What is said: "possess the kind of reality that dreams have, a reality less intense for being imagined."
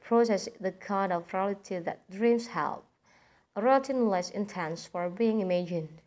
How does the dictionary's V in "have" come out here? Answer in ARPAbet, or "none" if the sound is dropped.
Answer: P